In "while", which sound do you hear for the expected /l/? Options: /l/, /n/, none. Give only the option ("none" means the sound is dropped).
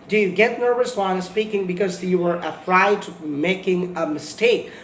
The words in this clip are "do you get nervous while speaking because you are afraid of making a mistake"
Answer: /n/